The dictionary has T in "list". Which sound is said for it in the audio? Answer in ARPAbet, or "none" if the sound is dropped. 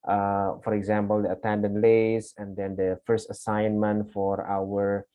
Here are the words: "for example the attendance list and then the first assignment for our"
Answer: none